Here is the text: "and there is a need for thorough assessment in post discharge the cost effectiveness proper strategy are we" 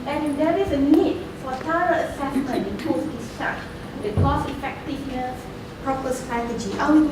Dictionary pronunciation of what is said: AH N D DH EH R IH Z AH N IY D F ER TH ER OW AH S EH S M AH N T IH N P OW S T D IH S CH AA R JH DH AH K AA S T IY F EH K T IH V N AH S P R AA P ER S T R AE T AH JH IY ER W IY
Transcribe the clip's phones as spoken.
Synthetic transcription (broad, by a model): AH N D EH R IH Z AH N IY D F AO T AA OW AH S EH S M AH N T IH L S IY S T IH CH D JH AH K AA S IY F EH K T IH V N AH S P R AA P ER S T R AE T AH JH IY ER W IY